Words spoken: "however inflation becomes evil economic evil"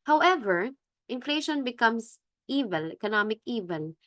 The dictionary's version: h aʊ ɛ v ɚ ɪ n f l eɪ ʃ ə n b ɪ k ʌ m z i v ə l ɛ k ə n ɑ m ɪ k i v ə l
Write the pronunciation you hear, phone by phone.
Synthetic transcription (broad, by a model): h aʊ ɛ v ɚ ɪ n f l eɪ ʃ ə n b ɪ k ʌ m s i v ə l ɛ k ə n ɑ m ɪ k i v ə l